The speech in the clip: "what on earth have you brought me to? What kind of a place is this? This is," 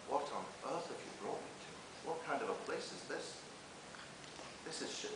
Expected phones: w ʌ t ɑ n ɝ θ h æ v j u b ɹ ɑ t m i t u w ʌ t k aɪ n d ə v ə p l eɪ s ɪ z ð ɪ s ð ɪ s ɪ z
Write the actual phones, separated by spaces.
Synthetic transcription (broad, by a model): w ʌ t n ɝ θ h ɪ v j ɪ b ɹ ɑ t m i t u w ʌ t k aɪ n d ə v ə p l eɪ s ɪ z ð ɪ s ð ɪ s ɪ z